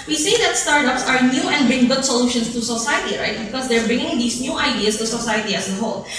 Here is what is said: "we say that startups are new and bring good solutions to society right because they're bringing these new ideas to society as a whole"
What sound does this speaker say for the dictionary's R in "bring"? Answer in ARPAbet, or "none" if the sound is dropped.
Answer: R